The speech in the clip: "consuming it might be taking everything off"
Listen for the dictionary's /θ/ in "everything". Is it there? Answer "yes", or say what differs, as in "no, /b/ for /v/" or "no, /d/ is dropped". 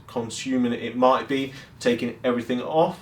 yes